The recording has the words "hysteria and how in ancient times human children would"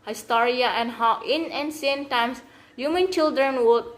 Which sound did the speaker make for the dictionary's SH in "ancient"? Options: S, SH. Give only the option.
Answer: S